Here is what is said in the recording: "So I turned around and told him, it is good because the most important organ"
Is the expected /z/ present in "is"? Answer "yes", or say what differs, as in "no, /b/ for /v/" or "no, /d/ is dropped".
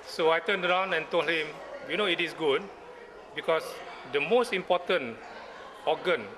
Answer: no, /s/ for /z/